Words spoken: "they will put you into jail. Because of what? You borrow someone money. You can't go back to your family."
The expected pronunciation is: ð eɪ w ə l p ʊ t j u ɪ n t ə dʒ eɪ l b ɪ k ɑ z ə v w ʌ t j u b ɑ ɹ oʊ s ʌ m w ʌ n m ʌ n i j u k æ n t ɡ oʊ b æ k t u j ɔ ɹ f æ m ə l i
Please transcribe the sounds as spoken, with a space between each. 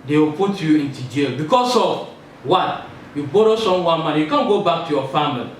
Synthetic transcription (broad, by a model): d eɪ w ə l p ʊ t j u ɪ n t ə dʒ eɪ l b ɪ k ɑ s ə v w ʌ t j u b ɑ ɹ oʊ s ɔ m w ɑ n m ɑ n j u k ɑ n ɡ oʊ b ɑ k t u j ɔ f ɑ m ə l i